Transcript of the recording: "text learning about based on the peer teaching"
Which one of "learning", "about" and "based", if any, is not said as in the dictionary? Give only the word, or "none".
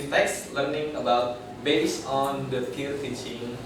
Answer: based